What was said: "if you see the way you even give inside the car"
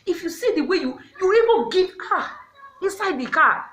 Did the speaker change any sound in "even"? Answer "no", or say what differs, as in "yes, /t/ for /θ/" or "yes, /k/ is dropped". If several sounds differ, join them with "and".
yes, /b/ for /v/